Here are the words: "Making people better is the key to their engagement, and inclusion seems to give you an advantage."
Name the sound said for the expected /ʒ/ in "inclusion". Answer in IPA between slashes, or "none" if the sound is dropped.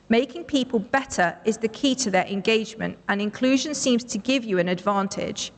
/ʒ/